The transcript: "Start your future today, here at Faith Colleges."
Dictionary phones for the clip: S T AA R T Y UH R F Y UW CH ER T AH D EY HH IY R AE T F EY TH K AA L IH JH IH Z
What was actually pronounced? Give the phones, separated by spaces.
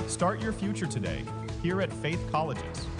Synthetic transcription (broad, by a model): S T AA R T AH R F Y UW CH ER T AH D EY HH IY R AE T F EY TH K AA L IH JH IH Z